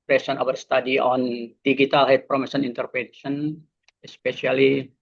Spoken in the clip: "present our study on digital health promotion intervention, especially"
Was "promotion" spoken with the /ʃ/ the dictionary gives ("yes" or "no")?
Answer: no